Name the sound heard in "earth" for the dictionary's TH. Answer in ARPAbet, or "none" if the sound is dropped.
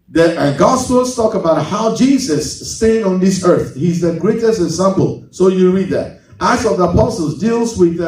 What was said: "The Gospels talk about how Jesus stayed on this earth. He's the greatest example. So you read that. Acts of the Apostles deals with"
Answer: TH